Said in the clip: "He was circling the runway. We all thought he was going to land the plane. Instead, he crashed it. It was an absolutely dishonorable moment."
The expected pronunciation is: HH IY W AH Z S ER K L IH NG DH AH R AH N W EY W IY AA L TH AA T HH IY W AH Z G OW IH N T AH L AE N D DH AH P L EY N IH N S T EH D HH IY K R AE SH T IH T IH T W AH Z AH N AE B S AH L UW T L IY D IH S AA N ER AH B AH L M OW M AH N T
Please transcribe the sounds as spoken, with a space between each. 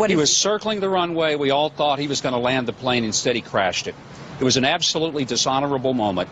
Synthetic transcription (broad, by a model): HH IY W AH Z S ER K L IH NG DH AH R AH N W EY W IY AA L TH AA T HH IY W AH Z G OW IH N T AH L AE N DH AH P L EY N IH N S T EH D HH IY K R AE SH T IH T IH T W AH Z AH N AE B S AH L UW T L IY D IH S AA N ER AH B L M OW M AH N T